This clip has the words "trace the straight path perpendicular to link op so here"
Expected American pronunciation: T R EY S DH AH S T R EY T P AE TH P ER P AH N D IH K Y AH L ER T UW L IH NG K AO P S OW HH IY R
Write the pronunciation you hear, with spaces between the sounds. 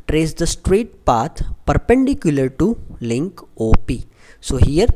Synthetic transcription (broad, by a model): T R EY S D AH S T R EY T P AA T P ER P AH N D IH K Y AH L ER T UW L IH NG K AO P S OW HH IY R